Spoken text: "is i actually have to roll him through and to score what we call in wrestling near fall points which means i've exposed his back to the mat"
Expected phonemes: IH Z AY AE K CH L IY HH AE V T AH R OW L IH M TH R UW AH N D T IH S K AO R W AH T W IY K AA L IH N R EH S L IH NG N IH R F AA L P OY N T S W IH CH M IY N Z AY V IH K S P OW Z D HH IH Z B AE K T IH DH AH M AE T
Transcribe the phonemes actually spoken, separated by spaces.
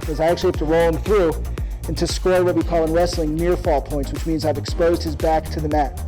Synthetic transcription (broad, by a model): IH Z AY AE K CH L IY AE T AH R OW L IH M TH R UW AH N T IH S K AO R W AH T W IY K AA L IH N R EH S L IH NG N IH R F AA L P OY N T S W IH CH M IY N Z AY V IH K S P OW Z D HH IH Z B AE K T IH DH AH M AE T